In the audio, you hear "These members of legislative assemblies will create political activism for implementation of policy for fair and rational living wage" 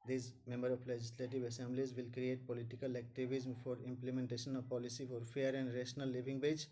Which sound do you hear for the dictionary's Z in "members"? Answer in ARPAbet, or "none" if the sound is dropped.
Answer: none